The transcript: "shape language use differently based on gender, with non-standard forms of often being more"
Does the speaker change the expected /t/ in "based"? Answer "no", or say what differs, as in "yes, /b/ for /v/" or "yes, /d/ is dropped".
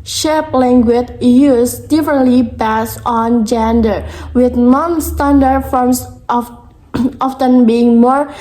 yes, /t/ is dropped